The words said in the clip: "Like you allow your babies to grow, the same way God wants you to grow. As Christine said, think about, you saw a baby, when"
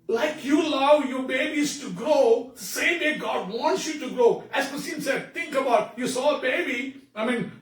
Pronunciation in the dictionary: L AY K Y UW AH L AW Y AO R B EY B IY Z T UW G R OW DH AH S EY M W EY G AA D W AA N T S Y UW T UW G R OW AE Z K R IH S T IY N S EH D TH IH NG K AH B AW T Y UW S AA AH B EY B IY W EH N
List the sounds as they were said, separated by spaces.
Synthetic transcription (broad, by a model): L AY K Y UW AH L AW Y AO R B EY B IY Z T UW G R OW S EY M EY G AA D W AA N T S Y UW T UW G R OW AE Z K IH S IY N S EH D T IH NG K AH B AW T Y UW S AA AH B EY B IY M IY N